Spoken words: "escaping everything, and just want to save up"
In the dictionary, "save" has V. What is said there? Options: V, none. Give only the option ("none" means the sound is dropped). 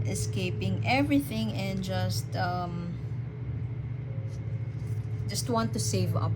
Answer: V